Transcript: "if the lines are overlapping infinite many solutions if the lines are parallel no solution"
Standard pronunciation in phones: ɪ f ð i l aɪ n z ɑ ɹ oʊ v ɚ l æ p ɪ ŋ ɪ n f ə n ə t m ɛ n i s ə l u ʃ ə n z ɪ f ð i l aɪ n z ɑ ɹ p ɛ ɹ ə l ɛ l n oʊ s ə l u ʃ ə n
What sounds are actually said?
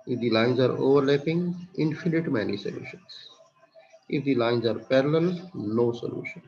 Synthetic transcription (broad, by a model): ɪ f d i l aɪ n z ɑ ɹ oʊ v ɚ l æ p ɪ ŋ ɪ n f ə n ə t m ɛ n i s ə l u ʃ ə n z ɪ f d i l aɪ n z ɑ ɹ p ɛ ɹ ə l ɛ l n oʊ s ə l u ʃ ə n